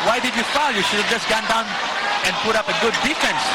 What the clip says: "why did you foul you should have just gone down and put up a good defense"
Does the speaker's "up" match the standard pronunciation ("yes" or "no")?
yes